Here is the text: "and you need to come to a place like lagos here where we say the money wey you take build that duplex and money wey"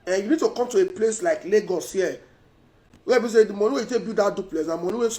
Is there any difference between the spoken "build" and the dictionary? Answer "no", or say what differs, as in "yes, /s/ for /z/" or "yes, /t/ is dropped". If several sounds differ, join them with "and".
yes, /l/ is dropped